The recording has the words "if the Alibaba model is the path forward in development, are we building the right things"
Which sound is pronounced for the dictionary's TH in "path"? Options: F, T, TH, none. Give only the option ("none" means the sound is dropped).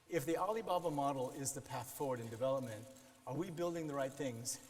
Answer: TH